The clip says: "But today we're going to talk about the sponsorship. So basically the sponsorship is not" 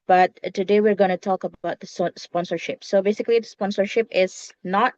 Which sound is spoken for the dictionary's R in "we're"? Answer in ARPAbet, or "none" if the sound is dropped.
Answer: R